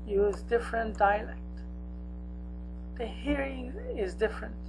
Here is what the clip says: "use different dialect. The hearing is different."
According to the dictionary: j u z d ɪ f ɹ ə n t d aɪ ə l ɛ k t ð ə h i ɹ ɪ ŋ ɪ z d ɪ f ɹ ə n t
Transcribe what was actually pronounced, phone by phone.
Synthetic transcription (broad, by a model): j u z d ɪ f ɹ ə n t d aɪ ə l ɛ k t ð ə h i ɹ ɪ ŋ ɪ z d ɪ f ɹ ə n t